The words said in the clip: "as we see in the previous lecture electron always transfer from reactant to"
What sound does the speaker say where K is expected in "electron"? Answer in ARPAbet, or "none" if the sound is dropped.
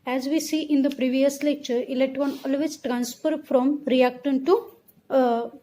none